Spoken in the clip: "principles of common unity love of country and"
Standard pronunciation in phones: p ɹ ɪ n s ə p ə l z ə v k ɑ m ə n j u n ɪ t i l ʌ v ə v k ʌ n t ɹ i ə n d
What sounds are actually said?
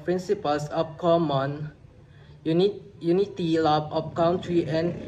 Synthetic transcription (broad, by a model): p ɹ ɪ n s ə p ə l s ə f k ɑ m ə n j u n ɪ t i l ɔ b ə f k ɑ n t ɹ i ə n